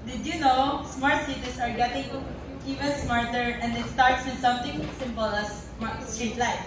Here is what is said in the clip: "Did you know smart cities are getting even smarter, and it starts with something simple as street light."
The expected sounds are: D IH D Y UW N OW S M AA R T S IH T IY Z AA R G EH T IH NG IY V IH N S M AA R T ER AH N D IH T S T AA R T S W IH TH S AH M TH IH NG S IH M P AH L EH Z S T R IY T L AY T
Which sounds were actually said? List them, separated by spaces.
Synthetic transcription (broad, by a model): D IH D Y UW N OW S M AA R T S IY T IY S AA R G EH T IH NG IY V IH N S M AA R T ER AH N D IH T S T AA R T S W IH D S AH M T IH NG S IH M P AH L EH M S T R IY T L AY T